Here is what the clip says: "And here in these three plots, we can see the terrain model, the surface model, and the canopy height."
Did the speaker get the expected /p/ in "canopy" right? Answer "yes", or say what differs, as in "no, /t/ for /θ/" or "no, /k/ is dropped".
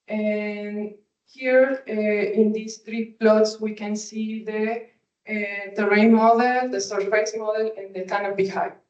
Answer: no, /b/ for /p/